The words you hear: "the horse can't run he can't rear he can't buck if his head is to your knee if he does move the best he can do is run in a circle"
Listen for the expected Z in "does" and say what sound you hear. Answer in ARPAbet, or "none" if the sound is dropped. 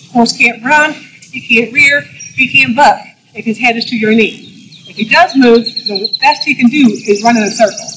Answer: Z